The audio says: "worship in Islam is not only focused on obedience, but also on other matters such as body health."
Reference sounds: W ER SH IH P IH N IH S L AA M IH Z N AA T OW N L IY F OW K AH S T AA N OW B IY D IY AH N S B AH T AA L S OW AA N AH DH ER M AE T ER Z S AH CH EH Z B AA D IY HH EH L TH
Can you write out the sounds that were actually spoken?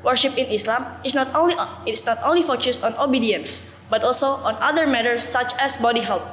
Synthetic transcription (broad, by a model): W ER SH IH P IH N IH S L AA M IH S N AA T OW N L IY F OW K AH S T AA N OW B IY D IY AH N S B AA T AA L S OW AA N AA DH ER M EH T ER S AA CH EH S B AA D IY HH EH L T